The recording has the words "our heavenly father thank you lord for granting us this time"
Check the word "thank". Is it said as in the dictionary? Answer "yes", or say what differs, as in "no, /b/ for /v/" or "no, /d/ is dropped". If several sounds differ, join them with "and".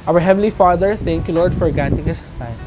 no, /t/ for /θ/